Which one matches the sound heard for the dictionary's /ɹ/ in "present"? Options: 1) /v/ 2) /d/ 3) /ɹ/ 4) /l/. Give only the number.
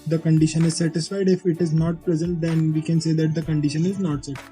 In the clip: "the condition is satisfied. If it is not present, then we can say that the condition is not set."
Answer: 4